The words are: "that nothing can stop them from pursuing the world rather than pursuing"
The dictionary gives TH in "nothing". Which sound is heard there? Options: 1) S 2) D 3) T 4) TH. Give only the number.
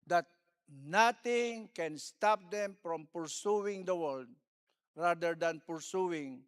3